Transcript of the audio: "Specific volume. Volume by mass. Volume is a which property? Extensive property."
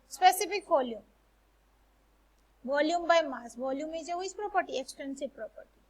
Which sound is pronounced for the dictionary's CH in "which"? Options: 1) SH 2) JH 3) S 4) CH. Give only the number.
3